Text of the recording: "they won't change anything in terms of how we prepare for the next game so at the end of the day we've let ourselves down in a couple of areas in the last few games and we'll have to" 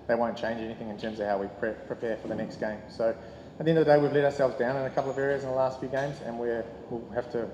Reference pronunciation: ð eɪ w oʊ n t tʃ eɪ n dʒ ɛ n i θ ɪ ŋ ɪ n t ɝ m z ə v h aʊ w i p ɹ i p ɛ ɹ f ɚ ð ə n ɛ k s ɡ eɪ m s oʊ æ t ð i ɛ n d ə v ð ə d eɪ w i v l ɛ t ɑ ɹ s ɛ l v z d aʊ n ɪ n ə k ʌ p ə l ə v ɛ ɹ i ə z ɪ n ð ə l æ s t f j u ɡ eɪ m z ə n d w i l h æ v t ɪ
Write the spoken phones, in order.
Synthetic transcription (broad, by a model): ð eɪ w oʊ n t tʃ eɪ n dʒ ɛ n i θ ɪ ŋ ɪ n t ɝ m z ə v h aʊ w i p ɹ i p ɛ ɹ f ɚ ð ə n ɛ k s ɡ eɪ m s oʊ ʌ t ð i ɛ n d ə ð ə d eɪ w i v l ɛ t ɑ ɹ s ɛ l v z d aʊ n ɪ n ə k ʌ p l ə v ɛ ɹ i ə z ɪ n ð ə l æ s t f j u ɡ eɪ m z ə n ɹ w i l h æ f t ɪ